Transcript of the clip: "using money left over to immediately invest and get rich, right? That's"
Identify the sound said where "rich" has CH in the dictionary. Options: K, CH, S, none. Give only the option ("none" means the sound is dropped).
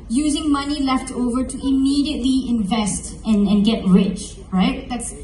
CH